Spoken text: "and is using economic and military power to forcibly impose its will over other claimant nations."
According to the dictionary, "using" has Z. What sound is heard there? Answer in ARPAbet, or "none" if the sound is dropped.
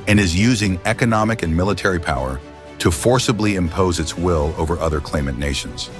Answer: Z